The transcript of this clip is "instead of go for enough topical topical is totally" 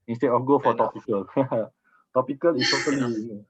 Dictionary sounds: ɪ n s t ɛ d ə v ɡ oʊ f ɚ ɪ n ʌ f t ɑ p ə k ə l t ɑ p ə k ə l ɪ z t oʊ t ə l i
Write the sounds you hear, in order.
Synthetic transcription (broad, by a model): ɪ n s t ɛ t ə f ɡ oʊ f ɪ t ɑ p ə k ə l t ɑ p ə k ə l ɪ s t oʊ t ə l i